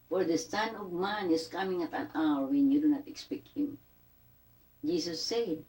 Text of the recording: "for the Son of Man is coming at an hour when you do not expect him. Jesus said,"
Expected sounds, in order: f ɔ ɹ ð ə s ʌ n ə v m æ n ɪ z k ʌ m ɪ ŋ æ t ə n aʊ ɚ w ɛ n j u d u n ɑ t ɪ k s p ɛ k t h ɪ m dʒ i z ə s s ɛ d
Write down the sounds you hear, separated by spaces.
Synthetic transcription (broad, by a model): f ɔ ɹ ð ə s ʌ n ə v m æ n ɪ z k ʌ m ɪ ŋ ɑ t ə n aʊ ɚ w ɛ n j u d u n ɑ t ɪ k s p ɛ k t h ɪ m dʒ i s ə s s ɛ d